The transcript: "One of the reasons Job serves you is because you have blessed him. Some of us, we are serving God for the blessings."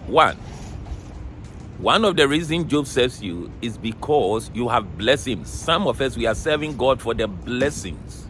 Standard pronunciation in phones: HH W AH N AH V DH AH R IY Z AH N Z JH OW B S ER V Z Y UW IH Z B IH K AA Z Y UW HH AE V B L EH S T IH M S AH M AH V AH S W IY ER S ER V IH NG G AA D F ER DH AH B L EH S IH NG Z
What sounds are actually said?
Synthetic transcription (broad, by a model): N W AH N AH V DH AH R IY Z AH N JH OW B S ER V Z Y UW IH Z B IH K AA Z Y UW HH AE V B L EH S IH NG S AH M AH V AH S W IY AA S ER V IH NG G AA D F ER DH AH B L EH S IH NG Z